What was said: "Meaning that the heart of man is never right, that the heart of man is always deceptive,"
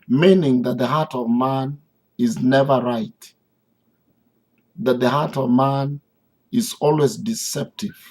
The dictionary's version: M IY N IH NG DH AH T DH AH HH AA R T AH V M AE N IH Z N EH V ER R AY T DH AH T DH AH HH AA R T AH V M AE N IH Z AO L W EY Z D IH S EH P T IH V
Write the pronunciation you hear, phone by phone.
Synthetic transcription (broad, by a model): M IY N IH NG DH AH T DH AH HH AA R T AH V M AE N IH Z N EH V ER R AY T DH AH T DH AH HH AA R T AH V M AE N IH Z AO L W EY Z D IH S EH P T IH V